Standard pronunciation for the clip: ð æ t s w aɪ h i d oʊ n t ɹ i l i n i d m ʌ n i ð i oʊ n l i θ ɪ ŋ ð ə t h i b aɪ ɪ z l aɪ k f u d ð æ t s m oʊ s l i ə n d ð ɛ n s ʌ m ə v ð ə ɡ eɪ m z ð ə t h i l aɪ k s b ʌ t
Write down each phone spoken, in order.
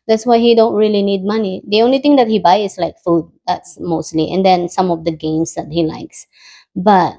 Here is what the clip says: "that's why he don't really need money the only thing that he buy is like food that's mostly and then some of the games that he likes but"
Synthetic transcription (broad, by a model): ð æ t s w aɪ h i d oʊ n t ɹ i l i n i d m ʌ n i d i oʊ n l i t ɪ ŋ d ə t h i b aɪ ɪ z l aɪ k f u d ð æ t s m oʊ s l i ə n d ɛ n s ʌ m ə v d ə ɡ eɪ m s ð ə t h i l aɪ k s b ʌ t